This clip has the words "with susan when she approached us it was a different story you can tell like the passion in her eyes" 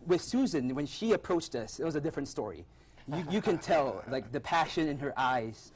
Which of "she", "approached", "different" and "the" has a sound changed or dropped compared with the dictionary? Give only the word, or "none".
none